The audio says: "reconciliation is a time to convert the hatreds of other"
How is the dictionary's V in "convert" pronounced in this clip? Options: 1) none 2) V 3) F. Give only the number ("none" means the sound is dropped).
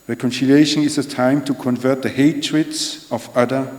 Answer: 2